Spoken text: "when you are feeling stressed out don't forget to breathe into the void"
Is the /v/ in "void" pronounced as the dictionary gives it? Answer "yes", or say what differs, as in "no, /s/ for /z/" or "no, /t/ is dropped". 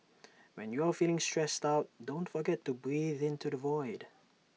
yes